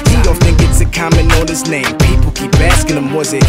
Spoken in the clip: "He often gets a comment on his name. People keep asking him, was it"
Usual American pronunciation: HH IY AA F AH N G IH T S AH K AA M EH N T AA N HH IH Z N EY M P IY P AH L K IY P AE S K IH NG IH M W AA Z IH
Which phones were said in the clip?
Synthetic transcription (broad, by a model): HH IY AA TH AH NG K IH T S AH K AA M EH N AA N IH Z N EY M P IY P AH L K IY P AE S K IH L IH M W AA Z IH